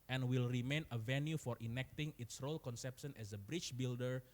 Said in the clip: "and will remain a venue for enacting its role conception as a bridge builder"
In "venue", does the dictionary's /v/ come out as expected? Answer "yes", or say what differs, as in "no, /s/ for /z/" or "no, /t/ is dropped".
yes